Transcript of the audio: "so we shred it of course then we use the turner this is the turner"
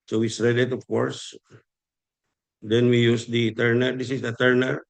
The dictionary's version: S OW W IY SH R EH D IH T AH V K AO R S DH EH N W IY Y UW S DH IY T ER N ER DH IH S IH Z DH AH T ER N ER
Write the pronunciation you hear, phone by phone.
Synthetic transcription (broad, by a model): S OW W IY S R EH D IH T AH F K AO R S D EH N W IY Y UW S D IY T ER N ER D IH S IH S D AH T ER N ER